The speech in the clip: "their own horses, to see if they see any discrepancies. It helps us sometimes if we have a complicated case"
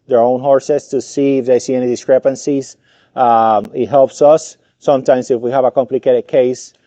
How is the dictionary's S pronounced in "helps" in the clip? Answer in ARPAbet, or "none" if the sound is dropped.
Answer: S